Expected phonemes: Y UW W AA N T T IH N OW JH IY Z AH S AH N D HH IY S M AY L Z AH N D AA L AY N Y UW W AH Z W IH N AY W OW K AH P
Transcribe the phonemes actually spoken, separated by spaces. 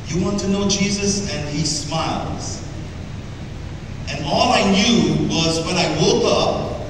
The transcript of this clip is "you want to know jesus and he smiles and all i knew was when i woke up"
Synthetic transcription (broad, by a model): Y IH W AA N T T IH N OW JH IY Z AH S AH N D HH IY S M AY L Z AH N AA L AY N Y UW W AH Z W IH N AY W OW K AH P